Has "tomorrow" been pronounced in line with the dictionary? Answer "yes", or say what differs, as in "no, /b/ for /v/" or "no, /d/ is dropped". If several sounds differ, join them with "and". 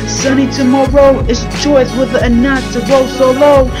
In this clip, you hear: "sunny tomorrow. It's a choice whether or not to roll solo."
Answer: yes